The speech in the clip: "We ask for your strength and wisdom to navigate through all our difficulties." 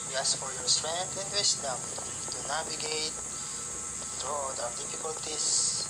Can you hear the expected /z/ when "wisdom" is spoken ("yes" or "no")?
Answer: no